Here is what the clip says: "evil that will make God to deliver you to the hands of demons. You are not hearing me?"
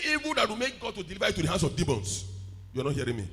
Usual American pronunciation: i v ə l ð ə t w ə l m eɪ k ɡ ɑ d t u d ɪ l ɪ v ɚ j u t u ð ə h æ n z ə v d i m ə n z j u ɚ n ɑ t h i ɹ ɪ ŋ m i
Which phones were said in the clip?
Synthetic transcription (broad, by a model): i v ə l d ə t w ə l m eɪ k ɡ ɑ d t u d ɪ l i v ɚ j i t u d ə h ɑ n s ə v d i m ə n s j u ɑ n ɑ t h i ɹ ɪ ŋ m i